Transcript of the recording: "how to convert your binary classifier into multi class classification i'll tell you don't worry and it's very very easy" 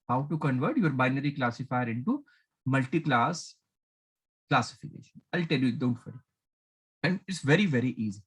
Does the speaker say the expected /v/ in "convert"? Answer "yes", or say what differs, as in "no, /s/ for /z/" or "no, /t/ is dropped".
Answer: yes